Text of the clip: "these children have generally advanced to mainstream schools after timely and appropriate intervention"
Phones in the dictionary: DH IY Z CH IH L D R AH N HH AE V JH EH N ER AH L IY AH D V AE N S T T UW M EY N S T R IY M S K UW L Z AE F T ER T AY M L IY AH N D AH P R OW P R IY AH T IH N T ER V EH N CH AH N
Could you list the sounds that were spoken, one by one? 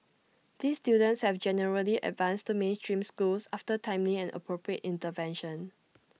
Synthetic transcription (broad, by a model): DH IY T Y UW D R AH N HH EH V JH EH N ER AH L IY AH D V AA N S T T UW M EY N S T R IY M S K UW L S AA F T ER T AY M L IY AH N AH P R OW P R IY AH T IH N T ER V EH N SH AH N